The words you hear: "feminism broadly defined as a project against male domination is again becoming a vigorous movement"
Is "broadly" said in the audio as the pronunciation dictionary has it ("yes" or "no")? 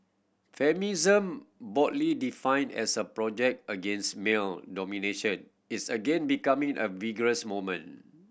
no